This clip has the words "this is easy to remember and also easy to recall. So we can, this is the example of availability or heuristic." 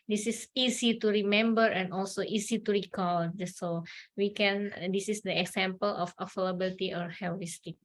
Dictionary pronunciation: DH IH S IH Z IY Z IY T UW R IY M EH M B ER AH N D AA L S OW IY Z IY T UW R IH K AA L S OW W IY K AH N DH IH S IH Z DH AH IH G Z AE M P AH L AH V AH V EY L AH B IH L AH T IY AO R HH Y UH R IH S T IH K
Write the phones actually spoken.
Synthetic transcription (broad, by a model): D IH S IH S IY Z IY T UW R IY M EH M B ER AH N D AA L S OW IY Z IY T UW R IH K AA L S OW W IY K AH N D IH S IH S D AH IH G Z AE M P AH L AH F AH F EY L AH B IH L T IY AO R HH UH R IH S T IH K